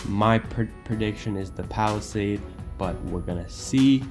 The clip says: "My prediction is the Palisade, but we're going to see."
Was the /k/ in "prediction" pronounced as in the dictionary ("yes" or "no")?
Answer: yes